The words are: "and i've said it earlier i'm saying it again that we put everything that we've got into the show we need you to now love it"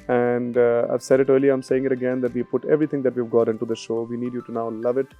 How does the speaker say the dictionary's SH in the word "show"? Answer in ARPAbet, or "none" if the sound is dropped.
SH